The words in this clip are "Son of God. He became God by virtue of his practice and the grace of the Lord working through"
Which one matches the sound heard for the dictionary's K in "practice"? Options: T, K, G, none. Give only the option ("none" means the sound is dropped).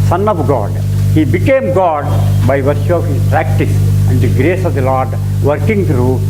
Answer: K